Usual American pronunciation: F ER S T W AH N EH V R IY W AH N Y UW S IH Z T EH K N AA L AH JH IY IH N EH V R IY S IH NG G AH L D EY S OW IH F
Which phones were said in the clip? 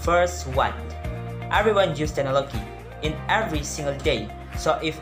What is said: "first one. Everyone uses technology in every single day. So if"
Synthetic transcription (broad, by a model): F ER S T W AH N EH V R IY W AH N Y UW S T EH N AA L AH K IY IH N EH V R IY S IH NG G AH L D EY S OW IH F